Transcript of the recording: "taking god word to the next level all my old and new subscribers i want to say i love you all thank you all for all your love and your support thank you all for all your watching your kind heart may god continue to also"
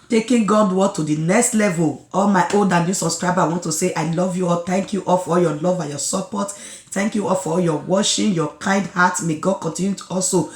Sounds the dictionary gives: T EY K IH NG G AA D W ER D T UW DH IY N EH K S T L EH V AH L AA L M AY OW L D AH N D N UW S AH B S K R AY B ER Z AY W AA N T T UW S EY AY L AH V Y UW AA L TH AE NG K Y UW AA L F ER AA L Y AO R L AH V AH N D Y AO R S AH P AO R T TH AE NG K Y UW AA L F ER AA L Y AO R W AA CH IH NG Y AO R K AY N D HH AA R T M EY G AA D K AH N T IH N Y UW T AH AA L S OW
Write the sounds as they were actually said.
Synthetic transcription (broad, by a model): T EY K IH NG G AA D W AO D T UW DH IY N EH K S T L EH V AH L AA L M AY OW L D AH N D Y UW S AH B S K R AY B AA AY W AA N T T UW S EY AY L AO V Y UW AA L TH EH NG K Y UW AA L F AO AA L Y AO L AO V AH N Y AO S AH P AO T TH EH NG K Y UW AA L F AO AA L Y AO W AA SH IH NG Y AO K AY N D HH AA T M EY G AA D K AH N T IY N Y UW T AA L S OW